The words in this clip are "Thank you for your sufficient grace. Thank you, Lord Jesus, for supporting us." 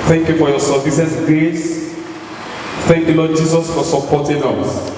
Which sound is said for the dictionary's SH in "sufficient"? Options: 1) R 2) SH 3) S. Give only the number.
3